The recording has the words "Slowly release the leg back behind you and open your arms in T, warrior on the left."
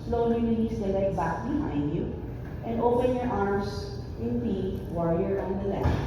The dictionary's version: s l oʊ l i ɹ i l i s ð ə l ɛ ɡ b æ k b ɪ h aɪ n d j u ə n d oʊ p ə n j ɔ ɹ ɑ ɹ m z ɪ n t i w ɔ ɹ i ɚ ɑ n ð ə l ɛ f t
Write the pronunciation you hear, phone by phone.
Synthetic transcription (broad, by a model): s l oʊ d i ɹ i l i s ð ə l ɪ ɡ b æ k b ɪ h aɪ n d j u ə n d oʊ p ə n j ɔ ɹ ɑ ɹ m s ɪ n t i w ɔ ɹ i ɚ ɑ n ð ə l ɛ